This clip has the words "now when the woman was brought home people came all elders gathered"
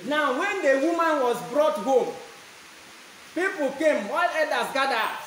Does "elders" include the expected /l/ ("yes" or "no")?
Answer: no